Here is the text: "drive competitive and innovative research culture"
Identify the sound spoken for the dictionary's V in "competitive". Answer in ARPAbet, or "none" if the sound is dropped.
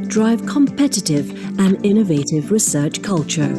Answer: V